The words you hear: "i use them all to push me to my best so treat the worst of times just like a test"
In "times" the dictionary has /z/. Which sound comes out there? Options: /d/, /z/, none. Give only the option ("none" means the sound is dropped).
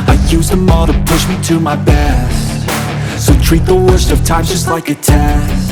none